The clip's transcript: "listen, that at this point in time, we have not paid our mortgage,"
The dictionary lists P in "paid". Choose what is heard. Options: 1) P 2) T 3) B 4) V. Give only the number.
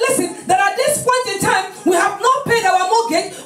1